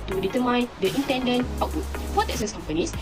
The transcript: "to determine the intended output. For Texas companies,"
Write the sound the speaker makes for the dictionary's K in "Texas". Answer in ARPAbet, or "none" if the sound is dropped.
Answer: none